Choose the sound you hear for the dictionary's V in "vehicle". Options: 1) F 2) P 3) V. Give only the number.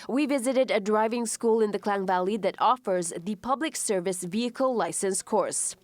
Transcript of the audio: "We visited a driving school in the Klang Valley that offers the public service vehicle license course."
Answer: 3